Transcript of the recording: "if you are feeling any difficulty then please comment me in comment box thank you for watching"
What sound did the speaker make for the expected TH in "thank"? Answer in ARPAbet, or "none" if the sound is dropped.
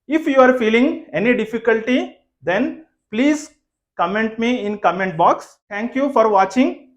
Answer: T